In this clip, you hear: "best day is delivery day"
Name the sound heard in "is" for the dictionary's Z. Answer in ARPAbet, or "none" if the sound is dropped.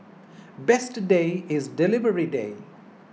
Z